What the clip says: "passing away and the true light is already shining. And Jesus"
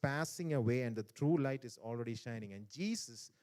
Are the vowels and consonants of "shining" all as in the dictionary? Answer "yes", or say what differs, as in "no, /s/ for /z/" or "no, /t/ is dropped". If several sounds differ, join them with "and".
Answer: yes